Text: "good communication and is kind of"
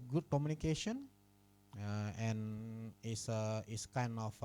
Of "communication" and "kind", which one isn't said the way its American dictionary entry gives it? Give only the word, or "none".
kind